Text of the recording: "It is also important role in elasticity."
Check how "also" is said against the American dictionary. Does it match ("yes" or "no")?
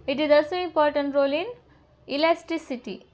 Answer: no